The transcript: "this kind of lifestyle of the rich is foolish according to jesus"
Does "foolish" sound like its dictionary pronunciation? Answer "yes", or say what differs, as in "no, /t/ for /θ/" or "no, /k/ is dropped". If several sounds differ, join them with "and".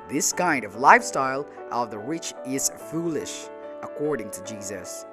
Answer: yes